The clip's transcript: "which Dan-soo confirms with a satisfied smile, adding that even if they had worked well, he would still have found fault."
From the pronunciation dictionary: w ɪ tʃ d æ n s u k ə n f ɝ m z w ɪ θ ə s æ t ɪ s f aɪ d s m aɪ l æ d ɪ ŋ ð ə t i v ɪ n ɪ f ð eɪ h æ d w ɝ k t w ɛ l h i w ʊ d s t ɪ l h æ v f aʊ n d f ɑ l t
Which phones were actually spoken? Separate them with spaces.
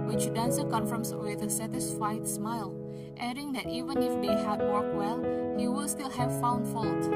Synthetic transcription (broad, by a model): w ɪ tʃ d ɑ n s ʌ k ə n f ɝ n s w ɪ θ ə s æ t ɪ s f aɪ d s m aɪ l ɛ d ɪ ŋ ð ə t i v ɪ n ɪ f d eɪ h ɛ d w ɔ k w ɛ l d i w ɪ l s t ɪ l h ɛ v f aʊ n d f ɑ l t